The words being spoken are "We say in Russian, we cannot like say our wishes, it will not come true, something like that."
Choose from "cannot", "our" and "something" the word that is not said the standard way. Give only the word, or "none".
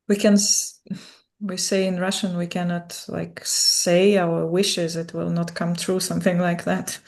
none